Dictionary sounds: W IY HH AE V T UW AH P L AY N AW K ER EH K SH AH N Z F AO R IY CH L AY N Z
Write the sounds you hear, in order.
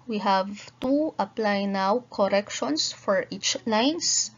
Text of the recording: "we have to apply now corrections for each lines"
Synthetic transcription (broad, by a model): W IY HH AE V T UW AH P L AY N AW K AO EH K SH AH N S F AO R IY CH L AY N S